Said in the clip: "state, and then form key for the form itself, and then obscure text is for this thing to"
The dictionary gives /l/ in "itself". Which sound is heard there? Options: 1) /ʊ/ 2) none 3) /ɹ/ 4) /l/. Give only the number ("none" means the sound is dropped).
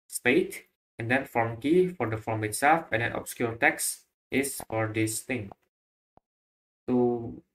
4